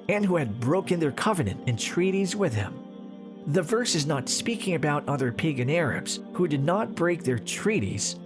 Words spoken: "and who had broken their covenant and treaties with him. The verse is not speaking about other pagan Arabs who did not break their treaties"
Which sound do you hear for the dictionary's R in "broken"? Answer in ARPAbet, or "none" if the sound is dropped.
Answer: R